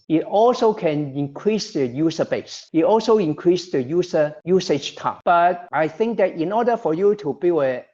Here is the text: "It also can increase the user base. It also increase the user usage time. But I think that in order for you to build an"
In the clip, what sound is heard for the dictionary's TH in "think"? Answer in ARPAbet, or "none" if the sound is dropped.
TH